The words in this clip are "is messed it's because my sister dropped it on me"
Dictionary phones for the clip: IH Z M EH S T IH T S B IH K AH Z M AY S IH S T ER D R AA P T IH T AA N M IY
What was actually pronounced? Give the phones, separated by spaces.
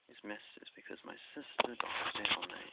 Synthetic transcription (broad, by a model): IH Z M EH S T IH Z B IH K AH Z M AY S IH S T ER D AA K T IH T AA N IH